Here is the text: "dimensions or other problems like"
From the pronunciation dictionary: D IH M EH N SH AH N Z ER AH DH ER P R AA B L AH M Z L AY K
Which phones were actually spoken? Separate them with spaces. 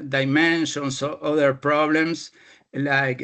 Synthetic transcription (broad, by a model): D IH M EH N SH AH N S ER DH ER P R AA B L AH M S L AY K